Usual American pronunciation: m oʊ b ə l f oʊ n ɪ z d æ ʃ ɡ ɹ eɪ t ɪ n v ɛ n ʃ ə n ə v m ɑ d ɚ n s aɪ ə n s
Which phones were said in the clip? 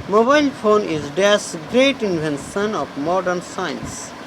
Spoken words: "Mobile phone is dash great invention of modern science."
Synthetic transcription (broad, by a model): m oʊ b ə l f oʊ n ɪ z d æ s ɡ ɹ eɪ t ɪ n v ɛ n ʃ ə n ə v m ɑ d ɚ n s aɪ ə n s